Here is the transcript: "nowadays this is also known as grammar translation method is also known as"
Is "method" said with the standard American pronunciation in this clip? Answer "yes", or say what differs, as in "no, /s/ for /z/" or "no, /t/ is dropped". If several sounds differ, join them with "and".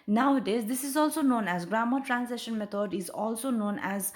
no, /t/ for /θ/